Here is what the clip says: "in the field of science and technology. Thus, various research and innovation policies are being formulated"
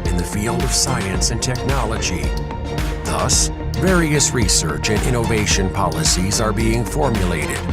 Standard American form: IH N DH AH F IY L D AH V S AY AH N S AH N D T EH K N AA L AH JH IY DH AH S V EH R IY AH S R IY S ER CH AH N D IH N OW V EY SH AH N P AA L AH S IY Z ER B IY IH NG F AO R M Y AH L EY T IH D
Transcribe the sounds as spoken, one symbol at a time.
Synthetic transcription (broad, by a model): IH N DH AH F IY L D AH V S AY AH N S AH N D T EH K N AA L AH JH IY DH AH S V EH R IY AH S R IY S ER CH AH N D IH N OW V EY SH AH N P AA L AH S IY Z ER B IY IH NG F AO R M Y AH L EY T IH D